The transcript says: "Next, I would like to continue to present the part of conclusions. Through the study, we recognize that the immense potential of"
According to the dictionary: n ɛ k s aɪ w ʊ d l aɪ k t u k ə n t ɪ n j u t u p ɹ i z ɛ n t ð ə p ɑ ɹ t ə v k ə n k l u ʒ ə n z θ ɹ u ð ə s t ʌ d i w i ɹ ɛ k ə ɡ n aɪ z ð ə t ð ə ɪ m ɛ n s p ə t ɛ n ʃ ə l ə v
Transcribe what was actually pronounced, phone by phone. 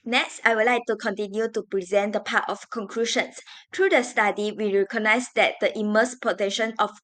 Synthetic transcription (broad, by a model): n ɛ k s aɪ w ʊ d l aɪ k t u k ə n t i n j u t u p ɹ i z ɛ n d ə p ɑ t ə f k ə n k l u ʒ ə n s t ɹ u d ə s t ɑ d i w i ɹ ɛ k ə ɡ n aɪ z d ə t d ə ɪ m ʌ s p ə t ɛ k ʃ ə n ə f